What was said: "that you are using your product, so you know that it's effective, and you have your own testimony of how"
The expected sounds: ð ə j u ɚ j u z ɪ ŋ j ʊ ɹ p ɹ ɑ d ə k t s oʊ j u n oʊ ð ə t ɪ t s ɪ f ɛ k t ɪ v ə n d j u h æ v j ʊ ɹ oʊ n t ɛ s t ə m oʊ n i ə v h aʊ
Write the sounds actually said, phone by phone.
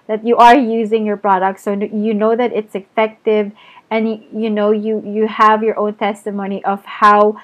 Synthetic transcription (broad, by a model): ð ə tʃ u ɚ j u z ɪ ŋ j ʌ ɹ p ɹ ɑ d ə k t s oʊ j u n oʊ ð ə t ɪ t s ɪ f ɛ k t ɪ v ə n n j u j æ v j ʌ ɹ oʊ n t ɛ s t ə m oʊ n i ə v h aʊ